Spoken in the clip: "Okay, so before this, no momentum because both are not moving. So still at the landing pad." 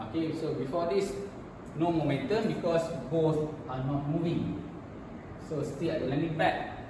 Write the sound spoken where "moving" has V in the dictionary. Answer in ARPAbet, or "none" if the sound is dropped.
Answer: V